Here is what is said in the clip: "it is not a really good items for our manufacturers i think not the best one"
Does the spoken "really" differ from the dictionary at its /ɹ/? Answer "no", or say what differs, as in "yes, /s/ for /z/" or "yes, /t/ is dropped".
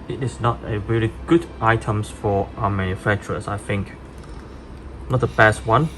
no